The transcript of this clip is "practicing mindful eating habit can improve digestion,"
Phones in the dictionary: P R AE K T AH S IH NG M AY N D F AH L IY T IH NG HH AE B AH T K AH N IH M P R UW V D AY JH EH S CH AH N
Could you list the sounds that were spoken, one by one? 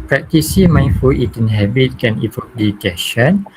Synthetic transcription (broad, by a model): P R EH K T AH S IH M AY N F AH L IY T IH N HH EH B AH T K AH N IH P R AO P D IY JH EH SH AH N